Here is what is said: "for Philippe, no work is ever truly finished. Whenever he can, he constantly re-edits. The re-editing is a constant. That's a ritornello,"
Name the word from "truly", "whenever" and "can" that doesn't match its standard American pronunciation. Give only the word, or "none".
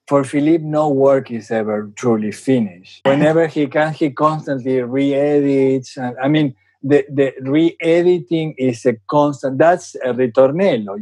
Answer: whenever